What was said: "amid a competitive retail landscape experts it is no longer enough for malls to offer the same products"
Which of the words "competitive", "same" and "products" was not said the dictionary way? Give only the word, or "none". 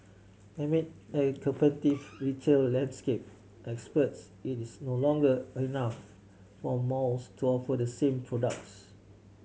competitive